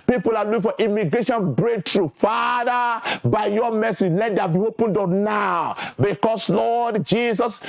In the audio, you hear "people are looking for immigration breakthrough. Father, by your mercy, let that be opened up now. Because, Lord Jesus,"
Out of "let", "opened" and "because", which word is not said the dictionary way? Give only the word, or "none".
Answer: because